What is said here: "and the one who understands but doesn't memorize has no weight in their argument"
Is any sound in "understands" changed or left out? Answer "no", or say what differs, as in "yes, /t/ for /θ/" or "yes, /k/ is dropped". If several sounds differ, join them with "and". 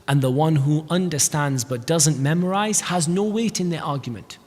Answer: no